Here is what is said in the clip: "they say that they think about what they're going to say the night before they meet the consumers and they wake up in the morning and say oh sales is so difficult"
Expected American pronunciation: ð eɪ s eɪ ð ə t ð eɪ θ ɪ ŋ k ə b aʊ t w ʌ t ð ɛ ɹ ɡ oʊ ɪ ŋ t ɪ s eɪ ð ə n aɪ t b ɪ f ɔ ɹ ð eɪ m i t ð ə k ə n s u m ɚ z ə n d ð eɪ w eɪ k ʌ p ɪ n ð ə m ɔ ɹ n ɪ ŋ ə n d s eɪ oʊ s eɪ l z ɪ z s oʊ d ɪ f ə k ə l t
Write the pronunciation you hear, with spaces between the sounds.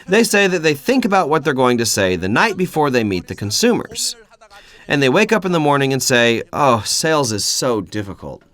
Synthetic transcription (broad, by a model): ð eɪ s eɪ ð ə t ð eɪ θ ɪ ŋ k ə b aʊ t w ʌ t ð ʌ ɹ ɡ oʊ ɪ ŋ t ɪ s eɪ ð ə n aɪ t b ɪ f ɔ ɹ ð eɪ m i t ð ə k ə n s u m ɚ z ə n ð eɪ w eɪ k ʌ p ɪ n ð ə m ɔ ɹ n ɪ ŋ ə n s eɪ oʊ s eɪ l z ɪ z s oʊ d ɪ f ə k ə l t